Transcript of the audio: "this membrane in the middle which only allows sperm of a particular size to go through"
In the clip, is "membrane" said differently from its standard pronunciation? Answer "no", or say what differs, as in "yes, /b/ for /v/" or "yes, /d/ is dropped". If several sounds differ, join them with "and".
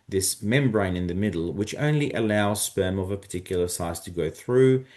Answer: no